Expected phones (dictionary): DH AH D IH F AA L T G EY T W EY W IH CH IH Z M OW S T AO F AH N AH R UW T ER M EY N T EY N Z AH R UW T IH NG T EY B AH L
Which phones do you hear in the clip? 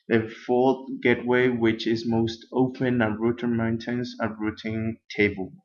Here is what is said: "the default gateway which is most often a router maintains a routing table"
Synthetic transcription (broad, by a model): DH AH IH F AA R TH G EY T W EY W IH CH IH Z M OW S T AO P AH N AH R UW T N M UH N T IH N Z AH R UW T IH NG T EY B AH L